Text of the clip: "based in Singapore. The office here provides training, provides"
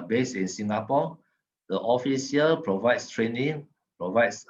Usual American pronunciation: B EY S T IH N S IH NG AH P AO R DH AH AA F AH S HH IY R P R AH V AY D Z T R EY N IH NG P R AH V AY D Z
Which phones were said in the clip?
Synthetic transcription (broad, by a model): B EY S IH N S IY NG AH P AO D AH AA F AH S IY L P R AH V AY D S T R EY N IH NG P R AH V AY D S